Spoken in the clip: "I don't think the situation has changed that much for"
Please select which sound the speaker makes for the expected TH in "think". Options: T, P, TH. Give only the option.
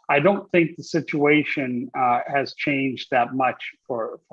TH